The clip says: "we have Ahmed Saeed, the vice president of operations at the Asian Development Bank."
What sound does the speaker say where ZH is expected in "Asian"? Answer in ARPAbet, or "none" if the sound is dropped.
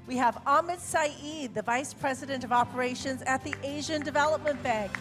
ZH